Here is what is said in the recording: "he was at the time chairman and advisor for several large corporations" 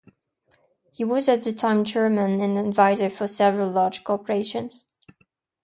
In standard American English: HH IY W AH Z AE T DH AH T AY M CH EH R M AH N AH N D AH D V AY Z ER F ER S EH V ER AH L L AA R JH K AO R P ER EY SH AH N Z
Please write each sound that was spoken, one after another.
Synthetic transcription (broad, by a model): HH IY W AH Z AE T DH AH T AY M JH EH R M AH N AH N AH D V AY Z ER F ER S EH V ER AH L L AA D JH K AO R P ER EY SH AH N Z